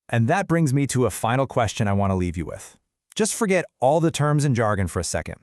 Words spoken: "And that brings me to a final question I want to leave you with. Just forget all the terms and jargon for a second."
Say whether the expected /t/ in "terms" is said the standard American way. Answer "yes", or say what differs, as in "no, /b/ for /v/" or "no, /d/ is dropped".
yes